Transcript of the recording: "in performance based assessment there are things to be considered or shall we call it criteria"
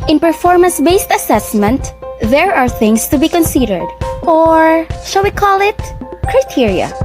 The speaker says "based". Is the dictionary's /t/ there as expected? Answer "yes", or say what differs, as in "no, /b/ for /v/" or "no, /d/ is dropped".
yes